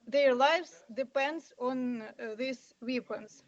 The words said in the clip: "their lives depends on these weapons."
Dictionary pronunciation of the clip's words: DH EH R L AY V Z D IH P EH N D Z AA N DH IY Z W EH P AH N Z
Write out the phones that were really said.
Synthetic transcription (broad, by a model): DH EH R L AY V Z D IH P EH N D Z AA N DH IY S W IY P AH N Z